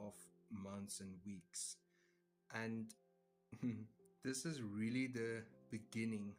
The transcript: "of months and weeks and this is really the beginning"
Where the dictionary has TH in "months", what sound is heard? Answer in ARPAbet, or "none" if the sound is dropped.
T